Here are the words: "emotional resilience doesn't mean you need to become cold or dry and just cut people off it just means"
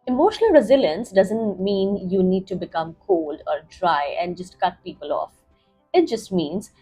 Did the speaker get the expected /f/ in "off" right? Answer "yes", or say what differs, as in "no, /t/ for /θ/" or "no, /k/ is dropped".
yes